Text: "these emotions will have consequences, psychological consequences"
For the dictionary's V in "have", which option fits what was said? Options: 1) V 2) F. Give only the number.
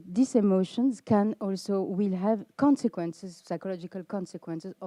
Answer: 1